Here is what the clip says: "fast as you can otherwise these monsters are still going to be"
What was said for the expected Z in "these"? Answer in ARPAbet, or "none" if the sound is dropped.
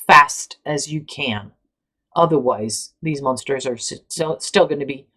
Z